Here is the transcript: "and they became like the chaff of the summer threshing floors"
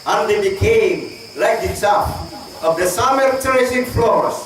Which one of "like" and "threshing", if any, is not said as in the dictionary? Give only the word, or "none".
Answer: threshing